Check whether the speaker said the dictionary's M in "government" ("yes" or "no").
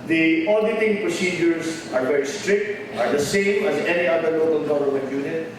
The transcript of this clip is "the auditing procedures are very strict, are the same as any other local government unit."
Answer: no